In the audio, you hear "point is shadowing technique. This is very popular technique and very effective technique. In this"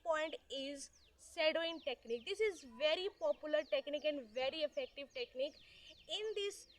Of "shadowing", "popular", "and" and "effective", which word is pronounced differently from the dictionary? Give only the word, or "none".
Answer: shadowing